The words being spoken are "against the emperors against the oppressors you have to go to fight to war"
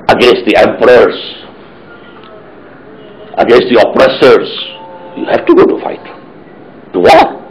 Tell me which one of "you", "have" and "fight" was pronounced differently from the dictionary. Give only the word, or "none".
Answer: have